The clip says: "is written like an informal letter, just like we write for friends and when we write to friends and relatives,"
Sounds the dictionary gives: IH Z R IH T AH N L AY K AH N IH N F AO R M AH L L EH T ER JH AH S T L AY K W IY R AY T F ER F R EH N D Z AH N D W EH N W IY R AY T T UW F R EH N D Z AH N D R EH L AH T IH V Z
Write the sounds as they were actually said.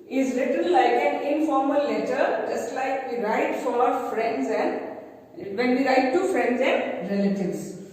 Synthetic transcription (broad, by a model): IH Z L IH T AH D L AY K AH N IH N F AO R M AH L L EH T ER JH AH S T L AY K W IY R AY T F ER F R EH N D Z AH N D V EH N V IY R AY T T UW F R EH N D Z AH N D R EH L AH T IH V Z